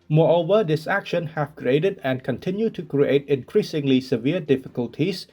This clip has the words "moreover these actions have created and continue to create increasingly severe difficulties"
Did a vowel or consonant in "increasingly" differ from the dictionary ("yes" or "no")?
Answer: no